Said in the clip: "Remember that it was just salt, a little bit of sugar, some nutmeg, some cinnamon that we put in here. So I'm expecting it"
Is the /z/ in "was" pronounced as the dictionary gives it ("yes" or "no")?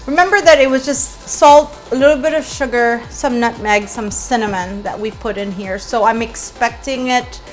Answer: yes